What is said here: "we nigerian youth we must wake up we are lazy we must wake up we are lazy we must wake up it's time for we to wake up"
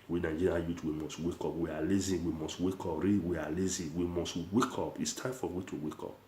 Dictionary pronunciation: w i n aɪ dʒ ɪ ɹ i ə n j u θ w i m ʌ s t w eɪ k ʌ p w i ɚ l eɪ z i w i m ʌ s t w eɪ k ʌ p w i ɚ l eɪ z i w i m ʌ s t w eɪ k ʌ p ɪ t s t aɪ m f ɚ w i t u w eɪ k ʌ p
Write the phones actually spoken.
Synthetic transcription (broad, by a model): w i n aɪ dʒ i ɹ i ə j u t w i m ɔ s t w eɪ k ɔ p w i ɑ l eɪ z i w i m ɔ s t w eɪ k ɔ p w i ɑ l eɪ z i w i m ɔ s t w eɪ k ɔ p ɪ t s t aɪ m f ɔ w i t u w eɪ k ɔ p